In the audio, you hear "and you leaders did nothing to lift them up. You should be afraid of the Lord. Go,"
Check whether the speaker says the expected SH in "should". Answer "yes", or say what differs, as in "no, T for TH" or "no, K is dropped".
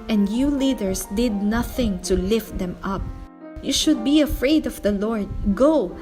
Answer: yes